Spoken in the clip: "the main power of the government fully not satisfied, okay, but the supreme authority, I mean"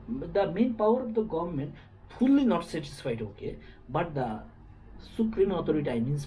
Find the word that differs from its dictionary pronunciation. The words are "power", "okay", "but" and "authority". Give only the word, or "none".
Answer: authority